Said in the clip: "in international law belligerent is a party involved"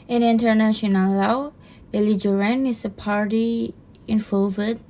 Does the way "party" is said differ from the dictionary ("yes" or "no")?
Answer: no